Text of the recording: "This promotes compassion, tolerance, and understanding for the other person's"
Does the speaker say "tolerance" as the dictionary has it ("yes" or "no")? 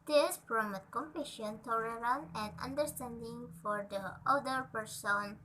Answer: no